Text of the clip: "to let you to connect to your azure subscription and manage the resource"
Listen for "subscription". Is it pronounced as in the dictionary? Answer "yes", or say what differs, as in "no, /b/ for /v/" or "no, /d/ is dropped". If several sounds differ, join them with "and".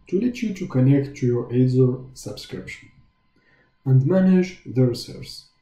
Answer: yes